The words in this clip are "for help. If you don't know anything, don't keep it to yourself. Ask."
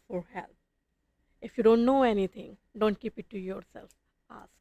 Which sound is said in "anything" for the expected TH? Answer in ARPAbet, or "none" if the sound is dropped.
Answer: T